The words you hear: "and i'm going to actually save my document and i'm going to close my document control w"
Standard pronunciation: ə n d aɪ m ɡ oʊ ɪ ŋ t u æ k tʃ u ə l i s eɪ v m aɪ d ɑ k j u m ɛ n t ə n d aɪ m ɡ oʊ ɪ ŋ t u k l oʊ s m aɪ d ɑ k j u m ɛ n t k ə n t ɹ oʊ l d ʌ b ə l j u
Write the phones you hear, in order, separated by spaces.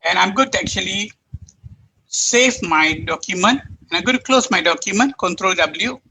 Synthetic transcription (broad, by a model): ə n aɪ m ɡ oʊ t u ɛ k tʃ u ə l i s eɪ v m aɪ d ɑ k j u m ɛ n t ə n aɪ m ɡ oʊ t u k l oʊ s m aɪ d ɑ k j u m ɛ n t k ə n t ɹ oʊ l d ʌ b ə l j u